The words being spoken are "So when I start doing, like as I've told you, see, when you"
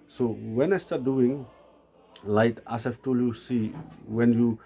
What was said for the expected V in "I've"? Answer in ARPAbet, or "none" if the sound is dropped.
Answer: F